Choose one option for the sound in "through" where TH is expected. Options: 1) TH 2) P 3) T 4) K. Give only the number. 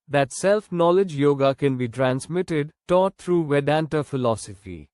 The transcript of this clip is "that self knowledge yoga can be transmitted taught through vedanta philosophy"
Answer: 3